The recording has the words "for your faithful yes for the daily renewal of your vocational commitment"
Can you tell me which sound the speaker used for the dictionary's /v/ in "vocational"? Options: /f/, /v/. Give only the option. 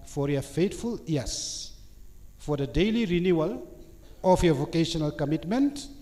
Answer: /v/